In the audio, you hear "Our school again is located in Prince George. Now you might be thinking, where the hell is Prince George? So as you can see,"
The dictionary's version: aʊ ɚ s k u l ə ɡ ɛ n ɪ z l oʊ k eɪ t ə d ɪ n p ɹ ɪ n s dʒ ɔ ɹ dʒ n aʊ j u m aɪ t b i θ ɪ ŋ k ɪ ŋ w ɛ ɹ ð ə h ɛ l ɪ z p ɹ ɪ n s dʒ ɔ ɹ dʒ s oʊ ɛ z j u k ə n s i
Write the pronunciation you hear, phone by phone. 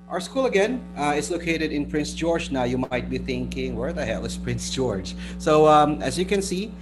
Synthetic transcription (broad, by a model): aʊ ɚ s k u l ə ɡ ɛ n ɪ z l oʊ k eɪ t ə d ɪ n p ɹ ɪ n s dʒ ɔ ɹ dʒ n aʊ j u m aɪ t b i θ ɪ ŋ k ɪ ŋ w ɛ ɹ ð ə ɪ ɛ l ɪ s p ɹ ɪ n s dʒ ɔ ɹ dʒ s oʊ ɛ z j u k ə n s i